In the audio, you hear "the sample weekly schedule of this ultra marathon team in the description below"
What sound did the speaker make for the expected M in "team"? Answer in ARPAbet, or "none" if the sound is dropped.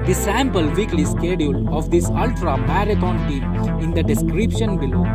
none